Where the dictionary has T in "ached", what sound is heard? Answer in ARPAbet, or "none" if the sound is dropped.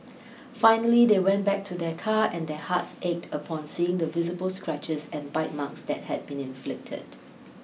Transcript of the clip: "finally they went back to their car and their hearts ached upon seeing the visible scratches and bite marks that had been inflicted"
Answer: T